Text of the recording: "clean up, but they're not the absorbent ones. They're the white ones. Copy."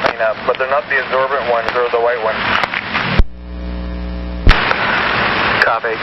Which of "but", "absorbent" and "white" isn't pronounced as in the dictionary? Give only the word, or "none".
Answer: none